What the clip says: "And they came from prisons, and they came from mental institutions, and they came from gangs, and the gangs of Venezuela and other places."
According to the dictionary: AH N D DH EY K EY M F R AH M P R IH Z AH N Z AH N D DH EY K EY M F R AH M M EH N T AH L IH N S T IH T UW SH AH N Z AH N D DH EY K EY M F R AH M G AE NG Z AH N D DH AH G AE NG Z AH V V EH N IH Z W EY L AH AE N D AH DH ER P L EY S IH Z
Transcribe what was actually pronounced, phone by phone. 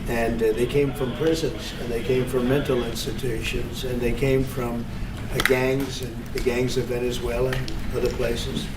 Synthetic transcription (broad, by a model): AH N DH EY K EY M F R AH M P R IH Z AH N Z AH N DH EY K EY M F R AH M M EH N T L IH N S T IH T UW SH AH N Z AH N DH EY K EY M F R AH M G AE NG Z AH N DH AH G AE NG Z AH V V EH N IH Z W EY L AH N AH DH ER P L EY S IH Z